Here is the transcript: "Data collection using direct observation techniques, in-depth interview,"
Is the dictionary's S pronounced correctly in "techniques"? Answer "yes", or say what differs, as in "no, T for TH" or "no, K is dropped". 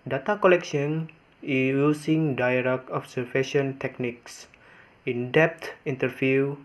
yes